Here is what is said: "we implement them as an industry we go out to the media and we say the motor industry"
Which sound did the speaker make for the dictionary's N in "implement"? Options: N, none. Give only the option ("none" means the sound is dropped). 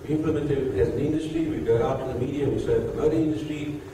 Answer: N